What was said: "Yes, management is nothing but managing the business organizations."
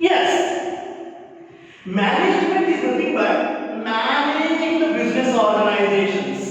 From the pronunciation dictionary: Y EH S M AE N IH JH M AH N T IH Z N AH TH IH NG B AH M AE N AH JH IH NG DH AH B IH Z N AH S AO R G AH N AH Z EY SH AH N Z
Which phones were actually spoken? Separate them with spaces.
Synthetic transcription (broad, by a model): Y EH S M AE N IH JH M AH N T IH Z L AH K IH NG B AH M AE N AH JH IH NG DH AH B IH Z N AH S AO R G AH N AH Z EY SH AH N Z